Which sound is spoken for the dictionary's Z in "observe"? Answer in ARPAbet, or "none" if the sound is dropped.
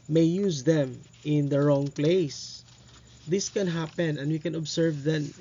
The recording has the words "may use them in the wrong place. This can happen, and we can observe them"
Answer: S